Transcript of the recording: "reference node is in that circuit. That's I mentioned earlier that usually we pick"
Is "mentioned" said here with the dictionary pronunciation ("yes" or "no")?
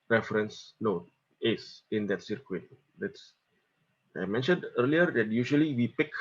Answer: yes